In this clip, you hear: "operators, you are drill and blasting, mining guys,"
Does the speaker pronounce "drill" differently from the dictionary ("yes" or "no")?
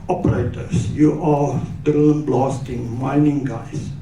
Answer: yes